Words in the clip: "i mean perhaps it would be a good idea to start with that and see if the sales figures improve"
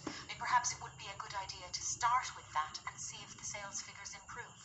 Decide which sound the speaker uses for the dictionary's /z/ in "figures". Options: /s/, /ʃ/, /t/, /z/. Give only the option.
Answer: /z/